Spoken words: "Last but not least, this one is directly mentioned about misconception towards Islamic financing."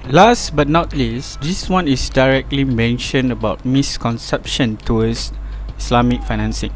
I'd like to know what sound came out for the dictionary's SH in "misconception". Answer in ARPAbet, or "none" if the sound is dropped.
SH